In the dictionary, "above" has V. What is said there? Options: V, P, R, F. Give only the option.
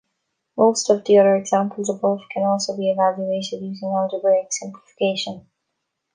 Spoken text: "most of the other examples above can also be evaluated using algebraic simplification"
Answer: F